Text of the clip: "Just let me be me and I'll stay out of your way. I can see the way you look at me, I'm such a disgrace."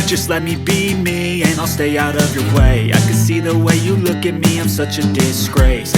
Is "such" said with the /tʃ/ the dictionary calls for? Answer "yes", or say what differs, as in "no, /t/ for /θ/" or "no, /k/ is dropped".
yes